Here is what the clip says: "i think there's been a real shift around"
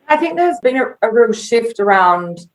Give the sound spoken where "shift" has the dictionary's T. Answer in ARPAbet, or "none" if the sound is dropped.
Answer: T